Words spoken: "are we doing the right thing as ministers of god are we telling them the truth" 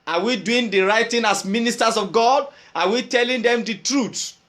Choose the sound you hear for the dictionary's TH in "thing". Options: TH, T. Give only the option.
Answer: T